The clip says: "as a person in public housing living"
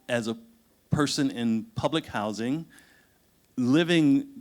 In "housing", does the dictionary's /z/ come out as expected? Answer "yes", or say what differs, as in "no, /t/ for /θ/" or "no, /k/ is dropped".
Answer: yes